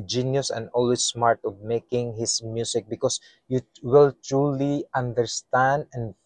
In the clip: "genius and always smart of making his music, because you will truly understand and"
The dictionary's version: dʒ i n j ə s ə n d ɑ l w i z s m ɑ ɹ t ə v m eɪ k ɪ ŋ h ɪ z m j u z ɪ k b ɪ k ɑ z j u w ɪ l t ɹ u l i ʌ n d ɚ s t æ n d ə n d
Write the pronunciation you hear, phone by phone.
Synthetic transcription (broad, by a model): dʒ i n j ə s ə n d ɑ l w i s m ɑ ɹ t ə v m eɪ k ɪ ŋ h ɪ s m j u s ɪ k b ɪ k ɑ s j u w ɪ l t ɹ u l i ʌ n d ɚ s t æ n d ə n